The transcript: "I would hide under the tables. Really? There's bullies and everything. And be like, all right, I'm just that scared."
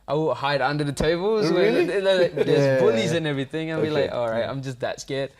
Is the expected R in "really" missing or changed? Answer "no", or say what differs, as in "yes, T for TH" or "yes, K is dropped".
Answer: yes, W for R